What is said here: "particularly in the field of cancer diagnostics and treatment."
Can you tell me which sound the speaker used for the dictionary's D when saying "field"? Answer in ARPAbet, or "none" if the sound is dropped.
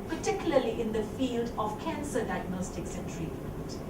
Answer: D